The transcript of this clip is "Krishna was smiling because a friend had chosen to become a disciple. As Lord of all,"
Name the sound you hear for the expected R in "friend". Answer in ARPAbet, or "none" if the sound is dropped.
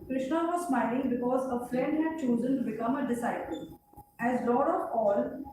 L